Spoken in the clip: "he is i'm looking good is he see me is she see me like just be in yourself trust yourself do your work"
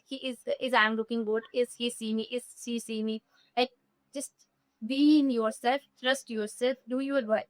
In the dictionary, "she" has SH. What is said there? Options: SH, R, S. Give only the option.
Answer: S